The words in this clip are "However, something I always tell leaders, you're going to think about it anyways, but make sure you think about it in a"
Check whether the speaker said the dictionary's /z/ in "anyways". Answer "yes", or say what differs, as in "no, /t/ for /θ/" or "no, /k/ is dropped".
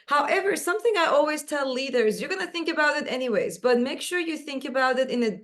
yes